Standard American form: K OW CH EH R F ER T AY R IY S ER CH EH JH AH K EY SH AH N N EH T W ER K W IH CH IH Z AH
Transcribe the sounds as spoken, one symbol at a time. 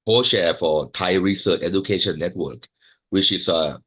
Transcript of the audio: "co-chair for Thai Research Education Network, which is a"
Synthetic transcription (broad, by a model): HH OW SH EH F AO T AY R IY S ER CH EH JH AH K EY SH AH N N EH T W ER K W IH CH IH S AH